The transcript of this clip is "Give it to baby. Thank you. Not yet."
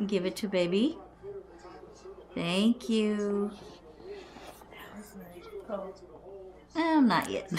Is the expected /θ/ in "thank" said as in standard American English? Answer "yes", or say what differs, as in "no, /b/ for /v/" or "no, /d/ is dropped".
yes